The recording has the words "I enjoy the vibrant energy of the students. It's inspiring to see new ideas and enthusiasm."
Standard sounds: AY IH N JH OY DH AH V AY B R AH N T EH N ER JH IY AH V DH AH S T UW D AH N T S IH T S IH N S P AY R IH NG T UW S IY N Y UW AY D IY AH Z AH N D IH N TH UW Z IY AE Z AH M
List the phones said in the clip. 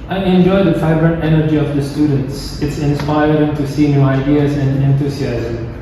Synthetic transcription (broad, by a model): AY IH N JH OY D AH F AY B R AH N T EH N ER JH IY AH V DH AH S T UW D AH N T S IH T S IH N S P AY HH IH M T UW S IY N Y UW AY D IY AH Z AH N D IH N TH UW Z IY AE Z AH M